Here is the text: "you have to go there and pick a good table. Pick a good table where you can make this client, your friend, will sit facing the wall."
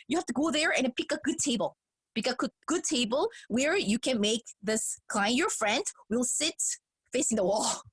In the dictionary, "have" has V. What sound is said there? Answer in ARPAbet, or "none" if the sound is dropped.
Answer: F